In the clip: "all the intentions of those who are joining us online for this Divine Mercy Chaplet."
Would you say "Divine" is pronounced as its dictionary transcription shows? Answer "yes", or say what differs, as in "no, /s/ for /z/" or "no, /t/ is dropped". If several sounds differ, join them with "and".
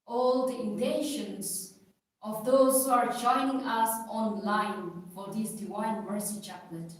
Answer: no, /w/ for /v/